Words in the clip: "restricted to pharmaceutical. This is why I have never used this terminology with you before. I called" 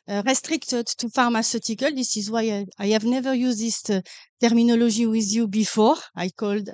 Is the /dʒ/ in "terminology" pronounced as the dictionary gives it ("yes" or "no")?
no